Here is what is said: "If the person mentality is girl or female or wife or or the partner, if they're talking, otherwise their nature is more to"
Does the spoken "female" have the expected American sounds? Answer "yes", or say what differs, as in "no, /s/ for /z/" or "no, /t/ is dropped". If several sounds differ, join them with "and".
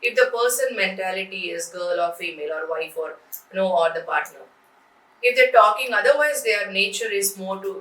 yes